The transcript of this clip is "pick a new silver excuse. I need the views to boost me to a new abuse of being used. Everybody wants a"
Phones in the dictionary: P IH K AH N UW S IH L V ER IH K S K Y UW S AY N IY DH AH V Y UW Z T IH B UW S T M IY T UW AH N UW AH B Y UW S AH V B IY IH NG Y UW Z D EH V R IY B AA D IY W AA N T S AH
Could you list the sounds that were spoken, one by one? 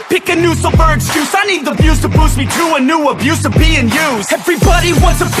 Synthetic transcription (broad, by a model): P IH K AH N UW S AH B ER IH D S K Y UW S AY N IY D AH B Y UW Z T IH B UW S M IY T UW AH N UW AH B Y UW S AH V B IY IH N Y UW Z EH V R IY B AA D IY W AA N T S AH